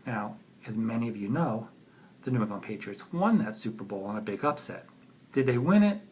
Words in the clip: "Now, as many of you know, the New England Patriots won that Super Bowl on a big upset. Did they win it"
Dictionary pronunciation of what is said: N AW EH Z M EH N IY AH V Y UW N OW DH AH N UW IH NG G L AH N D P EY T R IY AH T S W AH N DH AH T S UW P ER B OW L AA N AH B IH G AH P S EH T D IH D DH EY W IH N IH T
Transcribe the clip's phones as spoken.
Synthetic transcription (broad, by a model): N AW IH Z M EH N IY AH V Y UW N OW DH AH N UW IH G AH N P EY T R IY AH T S W AH N DH AH T S UW P ER B OW L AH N AH B IH G AH P S EH T D IH D DH EY W IH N IH T